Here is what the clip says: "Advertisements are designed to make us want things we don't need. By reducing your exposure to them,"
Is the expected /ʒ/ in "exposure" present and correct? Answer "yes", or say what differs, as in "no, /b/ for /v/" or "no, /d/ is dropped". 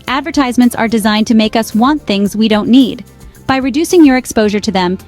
yes